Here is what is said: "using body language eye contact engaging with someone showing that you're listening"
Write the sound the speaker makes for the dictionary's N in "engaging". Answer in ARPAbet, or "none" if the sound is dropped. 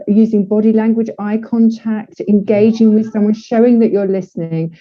N